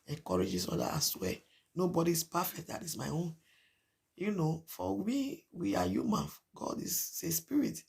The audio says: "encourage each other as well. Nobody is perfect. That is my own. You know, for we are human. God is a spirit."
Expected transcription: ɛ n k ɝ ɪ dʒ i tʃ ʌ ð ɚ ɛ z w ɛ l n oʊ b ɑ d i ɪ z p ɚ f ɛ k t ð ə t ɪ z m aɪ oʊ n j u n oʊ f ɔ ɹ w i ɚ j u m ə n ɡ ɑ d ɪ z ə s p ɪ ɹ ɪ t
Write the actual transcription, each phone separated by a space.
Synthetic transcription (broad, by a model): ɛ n k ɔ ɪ dʒ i s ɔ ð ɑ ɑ s w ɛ n oʊ b ɑ d i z p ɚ f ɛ k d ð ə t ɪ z m aɪ oʊ n j u n oʊ f ɔ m w i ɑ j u m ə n ɡ ɑ d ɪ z ə s p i ɹ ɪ t